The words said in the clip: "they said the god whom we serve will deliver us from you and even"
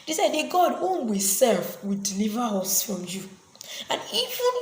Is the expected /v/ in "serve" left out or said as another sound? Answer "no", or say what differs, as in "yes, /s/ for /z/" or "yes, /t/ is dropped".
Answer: yes, /f/ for /v/